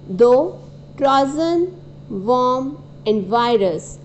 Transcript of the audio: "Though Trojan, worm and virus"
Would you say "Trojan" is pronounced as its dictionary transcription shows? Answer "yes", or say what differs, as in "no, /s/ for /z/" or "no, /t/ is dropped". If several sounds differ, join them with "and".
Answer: no, /z/ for /dʒ/